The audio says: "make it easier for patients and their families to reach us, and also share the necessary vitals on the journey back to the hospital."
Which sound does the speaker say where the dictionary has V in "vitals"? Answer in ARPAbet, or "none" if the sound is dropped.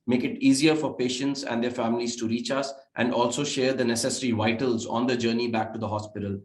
V